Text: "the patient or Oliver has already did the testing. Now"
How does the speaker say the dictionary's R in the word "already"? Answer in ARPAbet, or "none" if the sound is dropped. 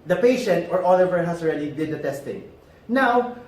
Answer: R